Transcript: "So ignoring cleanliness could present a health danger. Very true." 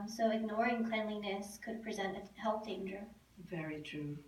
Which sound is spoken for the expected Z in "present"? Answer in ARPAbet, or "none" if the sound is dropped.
Z